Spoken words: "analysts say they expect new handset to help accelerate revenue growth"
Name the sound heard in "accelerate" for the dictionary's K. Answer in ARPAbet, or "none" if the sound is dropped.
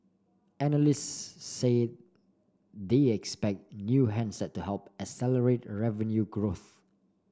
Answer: none